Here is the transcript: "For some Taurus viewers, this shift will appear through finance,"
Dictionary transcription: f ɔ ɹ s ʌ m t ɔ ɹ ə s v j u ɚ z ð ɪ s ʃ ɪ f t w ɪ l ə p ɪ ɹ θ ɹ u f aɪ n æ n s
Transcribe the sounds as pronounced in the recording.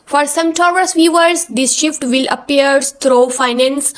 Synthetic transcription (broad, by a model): f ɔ ɹ s ʌ m t ɔ ɹ ə s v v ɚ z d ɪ s ʃ ɪ f t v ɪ l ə p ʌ ɹ t ɹ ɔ f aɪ n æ n s